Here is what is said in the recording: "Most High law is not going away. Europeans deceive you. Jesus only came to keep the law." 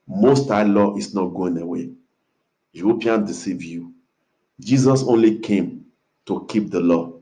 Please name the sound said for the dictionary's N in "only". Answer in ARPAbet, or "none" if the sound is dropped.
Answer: N